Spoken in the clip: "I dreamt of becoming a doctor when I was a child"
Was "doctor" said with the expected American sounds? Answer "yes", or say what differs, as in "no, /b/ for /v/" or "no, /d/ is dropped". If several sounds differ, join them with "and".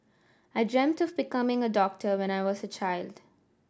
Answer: yes